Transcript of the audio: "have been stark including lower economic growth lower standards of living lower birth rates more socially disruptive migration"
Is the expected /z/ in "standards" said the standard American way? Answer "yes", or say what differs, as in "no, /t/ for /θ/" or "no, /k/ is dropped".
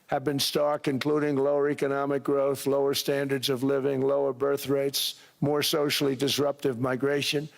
yes